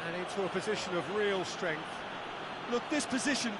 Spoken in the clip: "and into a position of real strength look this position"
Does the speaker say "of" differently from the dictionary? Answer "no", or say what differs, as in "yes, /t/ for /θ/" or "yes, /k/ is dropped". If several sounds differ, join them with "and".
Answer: no